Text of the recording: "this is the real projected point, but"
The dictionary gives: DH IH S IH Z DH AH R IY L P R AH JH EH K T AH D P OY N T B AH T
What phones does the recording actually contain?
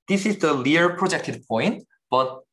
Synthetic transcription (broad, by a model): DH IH S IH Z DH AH L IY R P R AH JH EH K T AH D P OY N T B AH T